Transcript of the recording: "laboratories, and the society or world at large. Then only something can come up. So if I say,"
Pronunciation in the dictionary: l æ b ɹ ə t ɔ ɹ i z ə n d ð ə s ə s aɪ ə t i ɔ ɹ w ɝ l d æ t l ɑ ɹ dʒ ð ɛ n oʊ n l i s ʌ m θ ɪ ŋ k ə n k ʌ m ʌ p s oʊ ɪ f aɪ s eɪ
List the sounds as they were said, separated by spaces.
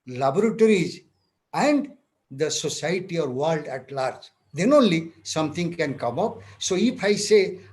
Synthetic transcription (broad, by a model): l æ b ɹ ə t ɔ ɹ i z ə n d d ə s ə s aɪ t i ɔ ɹ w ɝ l d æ t l ɑ ɹ dʒ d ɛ n oʊ n l i s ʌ m t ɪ ŋ k ə n k ʌ m ʌ p s oʊ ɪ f aɪ s eɪ